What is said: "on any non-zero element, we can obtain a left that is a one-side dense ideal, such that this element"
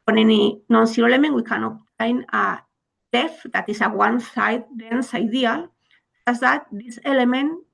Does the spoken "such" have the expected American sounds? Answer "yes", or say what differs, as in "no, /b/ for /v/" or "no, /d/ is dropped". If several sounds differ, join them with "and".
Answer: no, /s/ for /tʃ/